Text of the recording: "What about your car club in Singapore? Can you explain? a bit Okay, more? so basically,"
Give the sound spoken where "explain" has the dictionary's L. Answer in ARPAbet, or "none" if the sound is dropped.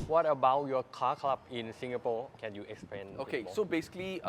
none